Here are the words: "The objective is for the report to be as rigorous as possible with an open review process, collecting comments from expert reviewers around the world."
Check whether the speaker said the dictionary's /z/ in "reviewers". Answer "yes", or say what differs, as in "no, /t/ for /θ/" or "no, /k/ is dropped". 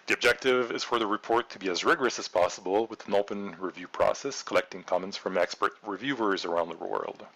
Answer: yes